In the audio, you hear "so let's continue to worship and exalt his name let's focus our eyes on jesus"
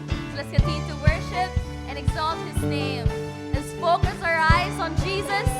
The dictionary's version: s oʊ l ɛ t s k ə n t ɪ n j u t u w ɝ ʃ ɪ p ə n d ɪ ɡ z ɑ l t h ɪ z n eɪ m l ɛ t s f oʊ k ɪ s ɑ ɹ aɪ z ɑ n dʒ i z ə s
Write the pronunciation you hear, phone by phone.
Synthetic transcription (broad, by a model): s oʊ l ɛ t s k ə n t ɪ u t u w ɝ ʃ ɪ p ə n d ɪ ɡ z ɑ l t h ɪ z n eɪ m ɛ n s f oʊ k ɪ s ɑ ɹ aɪ z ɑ n dʒ i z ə s